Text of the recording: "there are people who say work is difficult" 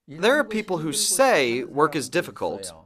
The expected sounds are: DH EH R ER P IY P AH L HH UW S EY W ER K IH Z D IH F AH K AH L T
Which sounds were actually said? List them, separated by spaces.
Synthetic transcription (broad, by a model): DH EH R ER P IY P L HH UW S EY W ER K IH Z D IH F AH K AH L T